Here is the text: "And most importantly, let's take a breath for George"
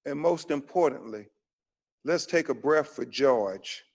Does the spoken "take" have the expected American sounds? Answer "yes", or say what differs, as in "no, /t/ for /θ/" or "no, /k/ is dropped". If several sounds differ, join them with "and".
yes